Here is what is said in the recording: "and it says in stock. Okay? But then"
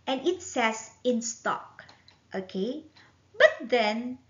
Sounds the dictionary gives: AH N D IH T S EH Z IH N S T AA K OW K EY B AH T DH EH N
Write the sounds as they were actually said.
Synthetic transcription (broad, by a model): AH N IH T S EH S IH N S T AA K OW K EY B AH T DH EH N